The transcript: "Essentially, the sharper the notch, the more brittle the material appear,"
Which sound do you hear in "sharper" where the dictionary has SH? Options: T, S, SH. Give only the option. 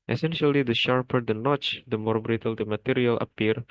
SH